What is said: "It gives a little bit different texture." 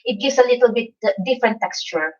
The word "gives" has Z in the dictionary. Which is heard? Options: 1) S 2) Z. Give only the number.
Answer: 1